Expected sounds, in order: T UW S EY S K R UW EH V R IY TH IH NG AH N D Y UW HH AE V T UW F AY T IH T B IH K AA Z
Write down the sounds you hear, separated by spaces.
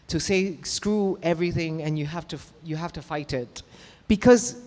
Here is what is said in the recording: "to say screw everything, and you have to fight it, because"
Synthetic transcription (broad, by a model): T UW S EY S K R UW EH V R IY TH IH NG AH N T Y UW HH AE F T UW F AY T IH T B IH K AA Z